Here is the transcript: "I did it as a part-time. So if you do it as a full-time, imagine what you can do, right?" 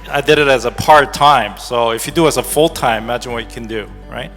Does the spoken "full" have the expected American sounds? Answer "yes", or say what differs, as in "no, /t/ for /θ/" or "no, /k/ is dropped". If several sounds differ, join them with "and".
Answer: yes